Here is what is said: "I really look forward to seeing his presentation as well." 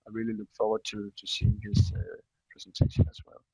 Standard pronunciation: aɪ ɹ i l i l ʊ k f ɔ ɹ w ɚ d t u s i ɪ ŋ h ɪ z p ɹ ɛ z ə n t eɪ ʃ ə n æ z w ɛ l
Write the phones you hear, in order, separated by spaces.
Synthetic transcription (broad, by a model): aɪ ɹ i l i l ʊ k f ɔ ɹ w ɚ d t u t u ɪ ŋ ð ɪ s p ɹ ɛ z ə n t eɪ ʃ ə n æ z w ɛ l